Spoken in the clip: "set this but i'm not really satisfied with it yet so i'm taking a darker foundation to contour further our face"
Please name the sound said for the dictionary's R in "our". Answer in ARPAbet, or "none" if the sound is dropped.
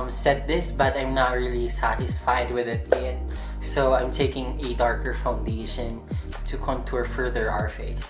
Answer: R